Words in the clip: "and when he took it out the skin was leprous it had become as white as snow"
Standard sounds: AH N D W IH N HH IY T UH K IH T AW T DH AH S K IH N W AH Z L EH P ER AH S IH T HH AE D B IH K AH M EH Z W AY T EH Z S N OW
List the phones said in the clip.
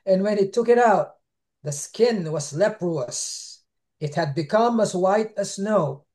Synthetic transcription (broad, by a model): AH N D W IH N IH T UH K IH T AW T DH AH S K IH N W AH Z L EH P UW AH S IH T HH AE D B IH K AH M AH Z W AY T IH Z S N OW